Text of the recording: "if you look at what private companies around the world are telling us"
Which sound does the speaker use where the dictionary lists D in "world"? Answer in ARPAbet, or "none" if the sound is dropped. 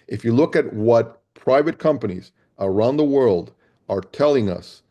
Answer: D